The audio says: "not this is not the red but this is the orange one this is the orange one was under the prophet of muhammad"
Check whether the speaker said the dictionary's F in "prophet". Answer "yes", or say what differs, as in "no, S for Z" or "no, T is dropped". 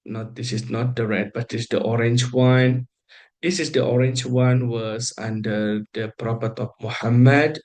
no, P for F